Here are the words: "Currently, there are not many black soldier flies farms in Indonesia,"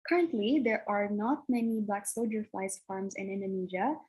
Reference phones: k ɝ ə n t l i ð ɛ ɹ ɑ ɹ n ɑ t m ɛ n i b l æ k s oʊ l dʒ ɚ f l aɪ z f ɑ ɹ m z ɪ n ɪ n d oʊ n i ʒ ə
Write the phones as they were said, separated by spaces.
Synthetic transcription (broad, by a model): k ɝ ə n t l i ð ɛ ɹ ɑ ɹ n ɑ t m ɛ n i b l æ k s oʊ dʒ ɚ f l aɪ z f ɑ ɹ m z ɪ n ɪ n d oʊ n i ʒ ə